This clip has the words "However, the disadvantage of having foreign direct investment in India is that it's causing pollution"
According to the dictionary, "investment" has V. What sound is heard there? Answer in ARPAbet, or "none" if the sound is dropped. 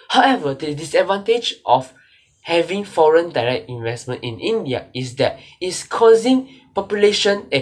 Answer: V